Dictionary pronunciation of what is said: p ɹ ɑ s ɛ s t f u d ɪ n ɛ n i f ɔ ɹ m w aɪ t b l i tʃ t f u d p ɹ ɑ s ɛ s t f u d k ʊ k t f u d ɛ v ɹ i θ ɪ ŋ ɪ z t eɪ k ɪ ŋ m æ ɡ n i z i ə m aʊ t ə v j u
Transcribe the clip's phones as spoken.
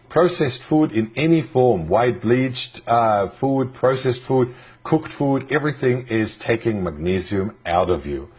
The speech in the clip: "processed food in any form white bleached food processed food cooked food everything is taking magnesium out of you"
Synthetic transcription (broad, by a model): p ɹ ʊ s ɛ s t f u d ɪ n ɛ n i f ɔ ɹ m w aɪ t b l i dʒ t f u d p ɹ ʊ s ɛ s t f u d k ʊ k t f u d ɛ v ɹ i θ ɪ ŋ ɪ z t eɪ k ɪ ŋ m æ ɡ n i z i ə m aʊ t ə v j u